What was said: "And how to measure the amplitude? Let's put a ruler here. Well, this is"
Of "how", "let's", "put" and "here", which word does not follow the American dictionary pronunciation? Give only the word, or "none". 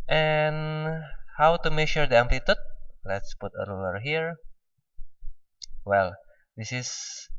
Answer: none